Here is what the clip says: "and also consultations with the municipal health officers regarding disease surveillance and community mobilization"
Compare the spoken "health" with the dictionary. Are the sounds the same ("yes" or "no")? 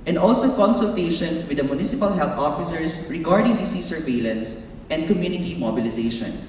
no